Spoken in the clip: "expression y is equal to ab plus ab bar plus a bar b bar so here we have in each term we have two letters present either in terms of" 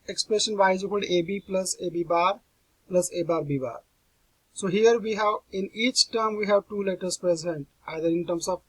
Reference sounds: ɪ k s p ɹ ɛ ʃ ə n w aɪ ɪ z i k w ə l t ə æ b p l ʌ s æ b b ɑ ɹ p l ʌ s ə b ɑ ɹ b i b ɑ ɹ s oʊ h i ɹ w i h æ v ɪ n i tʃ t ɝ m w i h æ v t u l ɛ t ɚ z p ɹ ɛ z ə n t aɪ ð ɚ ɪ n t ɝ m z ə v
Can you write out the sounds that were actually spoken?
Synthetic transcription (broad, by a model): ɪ k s p ɹ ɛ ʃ ə n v aɪ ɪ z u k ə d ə b p l ʌ s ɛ b b ɑ ɹ p l ʌ s ə b ɑ ɹ b i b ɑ ɹ s oʊ h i ɹ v i h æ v ɪ n i tʃ t ɝ m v i h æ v t u l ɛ t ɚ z p ɹ ɛ z ə n t aɪ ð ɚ ɪ n t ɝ m s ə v